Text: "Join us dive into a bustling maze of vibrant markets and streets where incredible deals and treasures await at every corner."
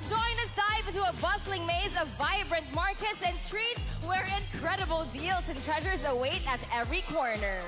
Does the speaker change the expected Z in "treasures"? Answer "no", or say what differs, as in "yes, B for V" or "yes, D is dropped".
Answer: no